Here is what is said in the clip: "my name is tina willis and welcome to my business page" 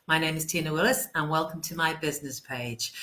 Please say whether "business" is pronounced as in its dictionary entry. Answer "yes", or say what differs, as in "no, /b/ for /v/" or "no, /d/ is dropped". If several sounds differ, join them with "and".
yes